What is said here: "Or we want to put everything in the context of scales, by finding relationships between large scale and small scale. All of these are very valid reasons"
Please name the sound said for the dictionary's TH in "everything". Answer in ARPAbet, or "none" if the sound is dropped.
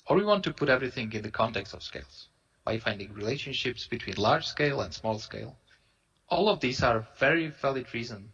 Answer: TH